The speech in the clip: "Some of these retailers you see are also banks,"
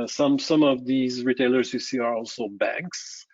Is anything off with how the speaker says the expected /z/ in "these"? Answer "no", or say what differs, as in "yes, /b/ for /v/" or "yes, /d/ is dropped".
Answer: no